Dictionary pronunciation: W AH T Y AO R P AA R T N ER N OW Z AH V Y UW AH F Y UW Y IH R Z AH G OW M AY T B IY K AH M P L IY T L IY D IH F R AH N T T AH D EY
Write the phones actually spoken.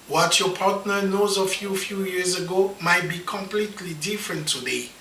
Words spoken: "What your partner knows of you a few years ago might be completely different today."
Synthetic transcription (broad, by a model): W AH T Y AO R P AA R T N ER N OW Z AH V Y UW F Y UW Y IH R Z AH G OW M AY T B IY K AH M P L IY T L IY D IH F R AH N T T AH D EY